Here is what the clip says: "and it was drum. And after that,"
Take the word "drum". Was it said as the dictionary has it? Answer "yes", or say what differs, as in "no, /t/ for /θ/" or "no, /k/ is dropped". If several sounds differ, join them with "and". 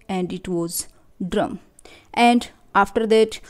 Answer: yes